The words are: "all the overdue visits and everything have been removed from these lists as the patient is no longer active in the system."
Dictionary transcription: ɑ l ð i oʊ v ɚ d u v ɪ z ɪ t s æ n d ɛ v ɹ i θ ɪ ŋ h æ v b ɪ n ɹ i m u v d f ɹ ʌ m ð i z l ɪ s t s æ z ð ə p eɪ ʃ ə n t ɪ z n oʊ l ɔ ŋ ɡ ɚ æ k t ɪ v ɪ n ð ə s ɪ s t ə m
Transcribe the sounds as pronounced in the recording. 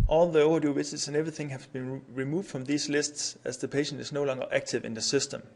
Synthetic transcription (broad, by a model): ɑ l ð i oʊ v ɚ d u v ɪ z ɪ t s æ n ɛ v ɹ i θ ɪ ŋ h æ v b ɪ n ɹ i m u v d f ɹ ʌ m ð i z l ɪ s t s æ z ð ə p eɪ ʃ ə n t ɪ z n oʊ l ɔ ŋ ɡ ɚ æ k t ɪ v ɪ n ð ə s ɪ s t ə m